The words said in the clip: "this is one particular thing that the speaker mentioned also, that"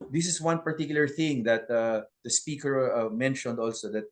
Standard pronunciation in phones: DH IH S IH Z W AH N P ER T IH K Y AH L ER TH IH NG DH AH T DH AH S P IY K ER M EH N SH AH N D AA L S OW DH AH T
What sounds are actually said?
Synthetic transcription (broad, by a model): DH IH S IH S W AH N P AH T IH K Y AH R TH IH NG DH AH T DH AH S P IY K ER M EH N SH AH N D AA L S OW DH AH T